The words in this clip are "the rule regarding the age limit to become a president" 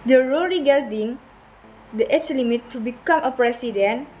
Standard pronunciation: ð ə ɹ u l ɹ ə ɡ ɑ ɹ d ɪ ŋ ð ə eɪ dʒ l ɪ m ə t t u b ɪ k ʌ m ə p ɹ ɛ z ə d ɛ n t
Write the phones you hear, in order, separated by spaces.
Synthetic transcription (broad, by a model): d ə ɹ u l ɹ ə ɡ ɑ ɹ d ɪ ŋ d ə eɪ tʃ l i m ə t t u b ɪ k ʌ m ə p ɹ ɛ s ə d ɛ n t